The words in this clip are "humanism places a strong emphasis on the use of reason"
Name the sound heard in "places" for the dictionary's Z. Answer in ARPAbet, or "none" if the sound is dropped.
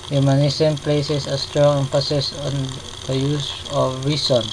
S